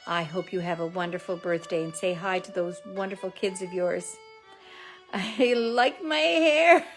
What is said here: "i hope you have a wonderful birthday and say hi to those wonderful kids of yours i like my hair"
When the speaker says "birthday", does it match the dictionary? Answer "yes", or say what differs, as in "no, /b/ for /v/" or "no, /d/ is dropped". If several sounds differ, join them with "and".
yes